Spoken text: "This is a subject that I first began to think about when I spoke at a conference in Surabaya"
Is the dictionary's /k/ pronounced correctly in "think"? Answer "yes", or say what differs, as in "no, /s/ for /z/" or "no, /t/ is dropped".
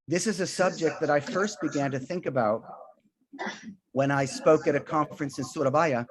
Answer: yes